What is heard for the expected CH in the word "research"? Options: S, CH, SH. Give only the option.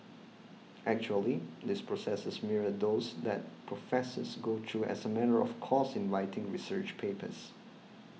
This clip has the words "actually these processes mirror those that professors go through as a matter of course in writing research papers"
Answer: CH